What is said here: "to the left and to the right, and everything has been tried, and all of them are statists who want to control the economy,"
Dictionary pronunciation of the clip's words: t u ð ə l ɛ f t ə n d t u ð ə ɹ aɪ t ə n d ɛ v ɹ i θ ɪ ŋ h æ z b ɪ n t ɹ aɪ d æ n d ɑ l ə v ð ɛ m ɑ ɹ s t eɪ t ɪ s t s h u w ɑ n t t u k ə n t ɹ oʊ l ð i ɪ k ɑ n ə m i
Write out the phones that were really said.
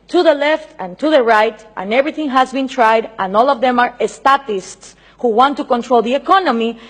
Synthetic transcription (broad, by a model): t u ð ə l ɛ f t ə n t u ð ə ɹ aɪ t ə n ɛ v ɹ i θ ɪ ŋ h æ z b ɪ n t ɹ aɪ d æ n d ɑ l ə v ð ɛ m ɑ ɹ s t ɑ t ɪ s t s h u w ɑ n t t u k ə n t ɹ oʊ l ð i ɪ k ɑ n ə m i